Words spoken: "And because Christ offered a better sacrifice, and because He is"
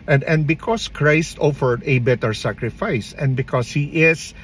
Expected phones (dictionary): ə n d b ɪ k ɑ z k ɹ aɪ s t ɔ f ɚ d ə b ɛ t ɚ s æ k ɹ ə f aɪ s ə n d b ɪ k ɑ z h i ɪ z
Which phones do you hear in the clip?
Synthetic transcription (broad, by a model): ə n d b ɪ k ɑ s k ɹ aɪ s t ɔ f ɚ d ə b ɛ t ɚ s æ k ɹ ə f aɪ s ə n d b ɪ k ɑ s h i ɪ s